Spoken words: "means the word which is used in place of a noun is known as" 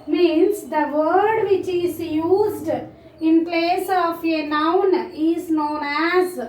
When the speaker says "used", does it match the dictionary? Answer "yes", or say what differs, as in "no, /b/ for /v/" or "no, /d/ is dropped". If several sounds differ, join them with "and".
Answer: yes